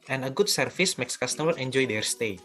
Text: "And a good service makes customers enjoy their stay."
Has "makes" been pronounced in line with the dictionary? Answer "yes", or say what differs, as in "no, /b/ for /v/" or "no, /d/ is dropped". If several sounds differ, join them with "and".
yes